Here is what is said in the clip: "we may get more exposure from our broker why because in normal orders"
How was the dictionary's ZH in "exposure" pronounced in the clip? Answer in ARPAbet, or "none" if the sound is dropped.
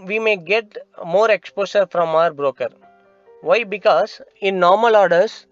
SH